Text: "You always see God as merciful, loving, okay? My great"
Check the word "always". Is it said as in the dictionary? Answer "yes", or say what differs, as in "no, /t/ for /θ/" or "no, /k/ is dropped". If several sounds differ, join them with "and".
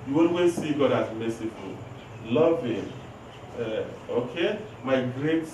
no, /n/ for /l/